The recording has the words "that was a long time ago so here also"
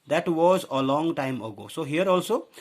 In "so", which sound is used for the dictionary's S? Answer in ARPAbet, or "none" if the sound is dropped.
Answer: S